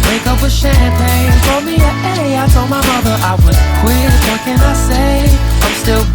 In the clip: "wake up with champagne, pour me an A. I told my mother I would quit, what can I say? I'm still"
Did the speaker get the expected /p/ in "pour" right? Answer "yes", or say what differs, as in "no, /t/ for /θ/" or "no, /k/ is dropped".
no, /f/ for /p/